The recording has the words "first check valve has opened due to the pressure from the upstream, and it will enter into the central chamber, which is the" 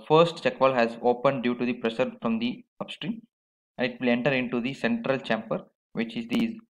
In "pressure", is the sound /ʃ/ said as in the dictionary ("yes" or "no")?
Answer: no